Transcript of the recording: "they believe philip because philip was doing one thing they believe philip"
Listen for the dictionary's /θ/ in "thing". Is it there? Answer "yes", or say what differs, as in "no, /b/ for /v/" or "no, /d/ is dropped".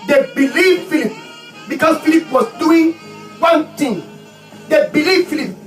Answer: no, /t/ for /θ/